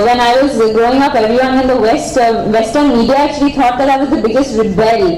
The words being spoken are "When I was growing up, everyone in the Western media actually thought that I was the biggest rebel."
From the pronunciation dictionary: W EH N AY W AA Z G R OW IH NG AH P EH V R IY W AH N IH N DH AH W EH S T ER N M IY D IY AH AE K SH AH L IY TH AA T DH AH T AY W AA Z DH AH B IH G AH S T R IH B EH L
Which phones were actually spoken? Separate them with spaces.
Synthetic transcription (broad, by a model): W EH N AY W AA Z G R OW IH NG AH P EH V R IY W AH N IH N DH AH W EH S T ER N M IY D IY AH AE K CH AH L IY T AA T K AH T AY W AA Z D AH B IH G AH S T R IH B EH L